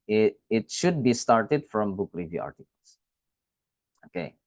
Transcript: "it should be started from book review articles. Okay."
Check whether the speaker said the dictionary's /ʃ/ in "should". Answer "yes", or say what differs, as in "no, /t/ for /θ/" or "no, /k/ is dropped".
yes